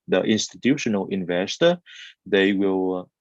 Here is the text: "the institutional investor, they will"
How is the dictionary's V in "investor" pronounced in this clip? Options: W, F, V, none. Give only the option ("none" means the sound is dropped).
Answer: V